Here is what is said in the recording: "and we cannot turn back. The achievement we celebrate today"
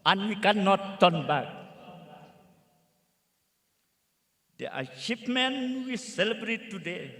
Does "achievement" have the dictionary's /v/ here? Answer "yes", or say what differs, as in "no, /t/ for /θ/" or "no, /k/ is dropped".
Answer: no, /p/ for /v/